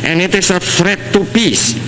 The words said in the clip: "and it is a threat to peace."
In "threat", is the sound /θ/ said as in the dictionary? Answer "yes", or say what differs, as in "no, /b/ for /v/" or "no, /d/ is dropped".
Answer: no, /f/ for /θ/